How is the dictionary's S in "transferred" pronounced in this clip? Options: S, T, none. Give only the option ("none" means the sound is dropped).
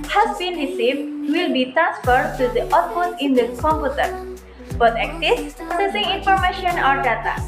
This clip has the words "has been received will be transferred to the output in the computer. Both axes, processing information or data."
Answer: S